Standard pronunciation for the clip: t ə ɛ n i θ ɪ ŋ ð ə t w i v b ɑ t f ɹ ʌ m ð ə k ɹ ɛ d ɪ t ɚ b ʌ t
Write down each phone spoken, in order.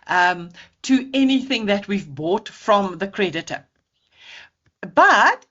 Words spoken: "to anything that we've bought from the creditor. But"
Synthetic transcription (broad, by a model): t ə ɛ n i θ ɪ ŋ ð ə t w i v b ɑ t f ɹ ʌ m ð ə k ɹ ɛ d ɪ t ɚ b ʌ t